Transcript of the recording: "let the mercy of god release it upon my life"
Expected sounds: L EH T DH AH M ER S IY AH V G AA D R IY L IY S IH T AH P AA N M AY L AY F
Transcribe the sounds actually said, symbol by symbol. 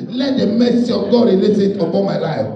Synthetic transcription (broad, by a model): L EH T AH M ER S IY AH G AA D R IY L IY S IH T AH B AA M AY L AY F